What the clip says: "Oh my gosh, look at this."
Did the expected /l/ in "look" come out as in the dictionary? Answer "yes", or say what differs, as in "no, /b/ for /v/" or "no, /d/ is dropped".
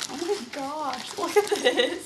no, /w/ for /l/